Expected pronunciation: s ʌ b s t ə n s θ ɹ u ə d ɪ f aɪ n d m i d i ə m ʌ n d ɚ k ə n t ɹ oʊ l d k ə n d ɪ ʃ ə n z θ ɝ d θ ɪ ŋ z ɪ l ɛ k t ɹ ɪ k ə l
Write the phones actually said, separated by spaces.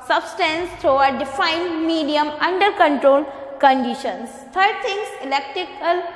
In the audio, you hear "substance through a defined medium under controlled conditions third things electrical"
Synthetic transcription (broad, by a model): s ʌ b s t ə n s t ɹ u ə d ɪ f aɪ n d m i d i ə m ʌ n d ɚ k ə n t ɹ oʊ l k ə n d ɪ ʃ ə n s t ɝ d t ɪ ŋ s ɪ l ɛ k t ɹ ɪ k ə l